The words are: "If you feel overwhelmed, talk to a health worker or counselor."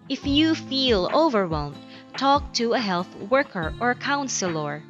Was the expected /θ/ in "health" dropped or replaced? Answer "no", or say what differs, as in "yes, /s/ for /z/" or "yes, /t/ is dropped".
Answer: no